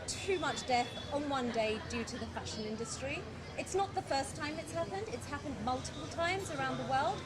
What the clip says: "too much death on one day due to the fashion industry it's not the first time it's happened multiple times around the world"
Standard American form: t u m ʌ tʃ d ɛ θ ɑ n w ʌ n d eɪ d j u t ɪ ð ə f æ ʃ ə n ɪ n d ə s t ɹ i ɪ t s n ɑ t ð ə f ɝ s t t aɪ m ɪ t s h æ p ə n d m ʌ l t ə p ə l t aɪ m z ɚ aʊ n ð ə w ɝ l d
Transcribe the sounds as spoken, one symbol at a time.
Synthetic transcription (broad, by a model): t u m ʌ tʃ d ɛ θ n w ʌ n d eɪ d j u t ɪ ð ə f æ ʃ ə n ɪ n d ə s t ɹ i ɪ t s n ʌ t ð ə f ɝ s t t aɪ m ɪ t s h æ p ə n d m ʌ l t ə p ə l t aɪ m z ɚ aʊ n ð ə w ɝ l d